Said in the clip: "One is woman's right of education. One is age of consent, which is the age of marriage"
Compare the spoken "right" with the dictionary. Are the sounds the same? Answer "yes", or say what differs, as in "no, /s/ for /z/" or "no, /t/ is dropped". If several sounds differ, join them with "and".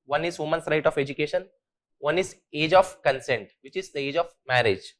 yes